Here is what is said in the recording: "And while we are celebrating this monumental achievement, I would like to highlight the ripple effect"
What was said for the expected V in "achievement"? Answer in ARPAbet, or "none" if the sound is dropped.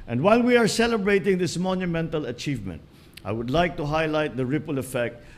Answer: V